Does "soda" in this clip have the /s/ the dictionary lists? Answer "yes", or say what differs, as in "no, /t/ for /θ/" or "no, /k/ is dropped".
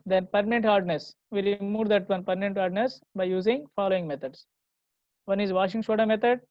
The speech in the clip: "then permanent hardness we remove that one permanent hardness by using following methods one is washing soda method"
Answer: no, /ʃ/ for /s/